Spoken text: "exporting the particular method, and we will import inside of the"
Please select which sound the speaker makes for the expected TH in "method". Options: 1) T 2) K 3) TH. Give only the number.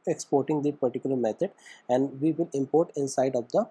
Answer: 1